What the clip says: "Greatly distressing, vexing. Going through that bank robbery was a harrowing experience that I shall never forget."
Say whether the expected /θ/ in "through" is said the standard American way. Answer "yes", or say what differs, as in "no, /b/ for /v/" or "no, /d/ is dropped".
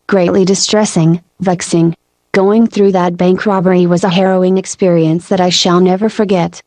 yes